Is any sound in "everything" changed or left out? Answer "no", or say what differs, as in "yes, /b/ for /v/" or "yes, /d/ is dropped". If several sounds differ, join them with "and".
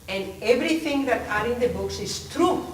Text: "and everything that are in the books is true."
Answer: yes, /t/ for /θ/